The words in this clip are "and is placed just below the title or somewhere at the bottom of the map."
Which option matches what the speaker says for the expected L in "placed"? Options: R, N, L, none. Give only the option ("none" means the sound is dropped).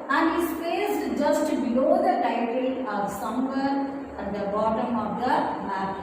none